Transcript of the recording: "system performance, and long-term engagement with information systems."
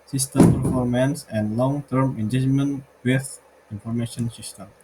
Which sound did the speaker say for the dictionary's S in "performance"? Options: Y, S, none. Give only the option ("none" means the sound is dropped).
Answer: S